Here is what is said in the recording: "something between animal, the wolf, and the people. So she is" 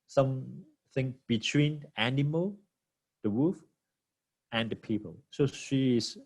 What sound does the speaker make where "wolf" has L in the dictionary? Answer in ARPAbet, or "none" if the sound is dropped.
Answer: none